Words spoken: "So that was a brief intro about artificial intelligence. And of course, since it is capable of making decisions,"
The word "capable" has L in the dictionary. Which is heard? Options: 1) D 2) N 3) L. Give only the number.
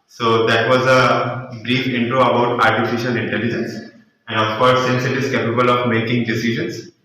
3